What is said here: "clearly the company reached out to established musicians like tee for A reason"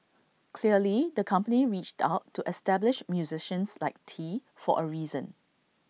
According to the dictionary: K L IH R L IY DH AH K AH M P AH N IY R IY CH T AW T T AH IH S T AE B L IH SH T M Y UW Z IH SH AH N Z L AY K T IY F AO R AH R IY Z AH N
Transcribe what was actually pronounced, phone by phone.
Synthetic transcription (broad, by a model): K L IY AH L IY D AH K AH M P AH N IY R IY CH T AW T T AH S T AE B L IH SH M Y UW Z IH SH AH N S L AY K T IY F AO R AH R IY Z AH N